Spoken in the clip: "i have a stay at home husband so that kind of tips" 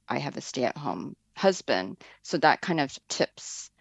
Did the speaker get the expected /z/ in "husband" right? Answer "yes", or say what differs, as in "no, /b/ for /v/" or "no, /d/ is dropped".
yes